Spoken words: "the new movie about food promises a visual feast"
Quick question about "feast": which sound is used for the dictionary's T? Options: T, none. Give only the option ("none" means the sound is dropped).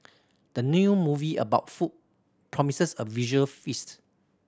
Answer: T